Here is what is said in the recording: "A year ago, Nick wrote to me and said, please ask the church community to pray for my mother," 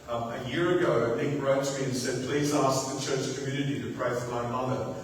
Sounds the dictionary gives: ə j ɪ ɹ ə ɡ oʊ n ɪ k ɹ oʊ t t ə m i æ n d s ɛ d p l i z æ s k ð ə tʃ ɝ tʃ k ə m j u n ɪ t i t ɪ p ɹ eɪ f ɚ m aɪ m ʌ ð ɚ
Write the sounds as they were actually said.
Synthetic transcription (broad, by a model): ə j ɪ ɹ ə ɡ oʊ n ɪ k ɹ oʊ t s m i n s ɛ d p l i z æ s k ð ə tʃ ɝ tʃ k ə m j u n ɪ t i t ɪ p ɹ eɪ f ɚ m aɪ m ʌ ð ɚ